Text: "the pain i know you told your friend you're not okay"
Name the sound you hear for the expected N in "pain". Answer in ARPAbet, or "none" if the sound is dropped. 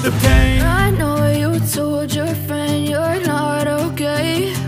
none